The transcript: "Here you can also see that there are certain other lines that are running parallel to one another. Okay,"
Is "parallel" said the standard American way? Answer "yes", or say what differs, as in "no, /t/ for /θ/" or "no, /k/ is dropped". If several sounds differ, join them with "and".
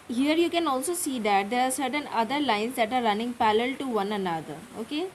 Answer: no, /l/ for /ɹ/